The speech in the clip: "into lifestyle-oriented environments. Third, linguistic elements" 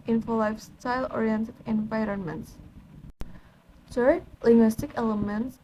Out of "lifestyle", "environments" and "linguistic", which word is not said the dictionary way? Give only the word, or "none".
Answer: none